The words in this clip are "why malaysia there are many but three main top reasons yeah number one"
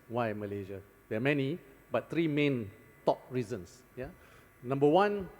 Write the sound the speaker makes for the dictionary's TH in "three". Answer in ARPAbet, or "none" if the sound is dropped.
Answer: T